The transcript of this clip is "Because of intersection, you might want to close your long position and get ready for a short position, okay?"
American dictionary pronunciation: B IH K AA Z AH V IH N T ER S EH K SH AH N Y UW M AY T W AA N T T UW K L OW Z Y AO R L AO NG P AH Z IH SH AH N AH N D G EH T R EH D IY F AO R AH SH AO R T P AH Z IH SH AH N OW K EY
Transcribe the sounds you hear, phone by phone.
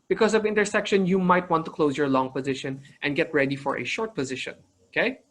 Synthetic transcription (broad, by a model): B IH K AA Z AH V IH N T ER S EH K SH AH N Y UW M AY T W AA N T T UW K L OW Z Y AO R L AO NG P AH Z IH SH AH N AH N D G EH T R EH D IY F AO R AH SH AO R T P AH Z IH SH AH N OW K EY